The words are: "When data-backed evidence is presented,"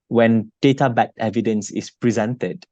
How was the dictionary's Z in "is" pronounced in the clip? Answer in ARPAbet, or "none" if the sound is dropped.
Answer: S